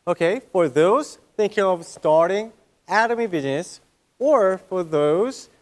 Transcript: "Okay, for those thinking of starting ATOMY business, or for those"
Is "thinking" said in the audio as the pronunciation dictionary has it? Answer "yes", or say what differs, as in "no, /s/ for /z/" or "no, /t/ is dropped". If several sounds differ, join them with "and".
yes